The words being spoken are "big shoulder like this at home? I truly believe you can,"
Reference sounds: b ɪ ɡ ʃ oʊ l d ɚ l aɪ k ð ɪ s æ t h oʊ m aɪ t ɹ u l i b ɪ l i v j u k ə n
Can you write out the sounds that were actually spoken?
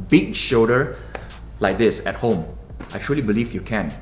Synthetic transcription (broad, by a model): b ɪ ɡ ʃ oʊ d ɚ l aɪ k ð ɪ s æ t h oʊ m aɪ t ɹ u l i b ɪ l i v j u k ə n